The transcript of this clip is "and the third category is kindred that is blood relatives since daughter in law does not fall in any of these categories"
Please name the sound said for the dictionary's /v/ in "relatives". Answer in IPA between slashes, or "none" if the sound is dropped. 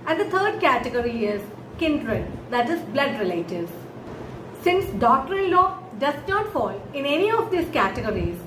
none